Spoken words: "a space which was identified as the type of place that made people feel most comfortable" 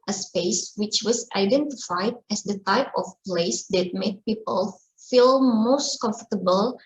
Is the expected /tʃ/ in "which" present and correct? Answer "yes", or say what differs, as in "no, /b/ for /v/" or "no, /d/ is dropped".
yes